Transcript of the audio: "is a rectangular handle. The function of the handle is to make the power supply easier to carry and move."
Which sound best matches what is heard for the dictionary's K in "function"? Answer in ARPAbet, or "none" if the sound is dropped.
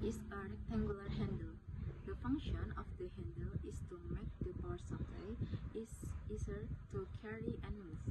K